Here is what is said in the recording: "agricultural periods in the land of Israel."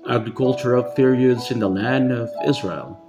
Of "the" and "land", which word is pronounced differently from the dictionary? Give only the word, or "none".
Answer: none